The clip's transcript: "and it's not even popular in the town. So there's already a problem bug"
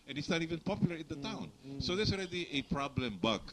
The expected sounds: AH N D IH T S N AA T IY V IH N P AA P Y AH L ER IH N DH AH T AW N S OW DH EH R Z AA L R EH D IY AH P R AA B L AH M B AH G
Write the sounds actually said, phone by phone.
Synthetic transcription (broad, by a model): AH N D IH T S N AA T IY V IH N P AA P Y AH L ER IH N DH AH T AW N S OW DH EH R S AA L R EH D IY AH P R AA B L AH M B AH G